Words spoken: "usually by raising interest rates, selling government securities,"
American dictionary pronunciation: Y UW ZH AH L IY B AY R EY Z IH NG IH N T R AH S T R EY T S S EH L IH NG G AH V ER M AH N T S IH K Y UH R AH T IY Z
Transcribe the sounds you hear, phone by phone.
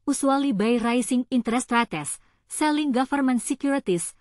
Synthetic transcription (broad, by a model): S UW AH L IY B AY R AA S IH NG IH N T R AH S T R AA T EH S EH L IH NG G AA F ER M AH N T S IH K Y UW R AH T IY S